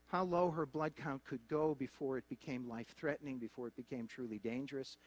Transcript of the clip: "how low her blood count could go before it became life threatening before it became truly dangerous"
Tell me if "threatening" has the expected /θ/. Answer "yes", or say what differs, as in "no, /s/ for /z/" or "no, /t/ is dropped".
yes